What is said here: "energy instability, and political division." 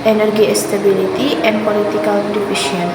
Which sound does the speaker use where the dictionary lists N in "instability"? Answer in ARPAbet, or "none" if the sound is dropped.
none